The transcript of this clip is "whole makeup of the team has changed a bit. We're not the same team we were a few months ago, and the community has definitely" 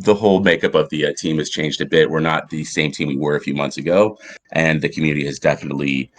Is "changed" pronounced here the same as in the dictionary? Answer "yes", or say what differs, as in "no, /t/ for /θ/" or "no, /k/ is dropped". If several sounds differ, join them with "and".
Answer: yes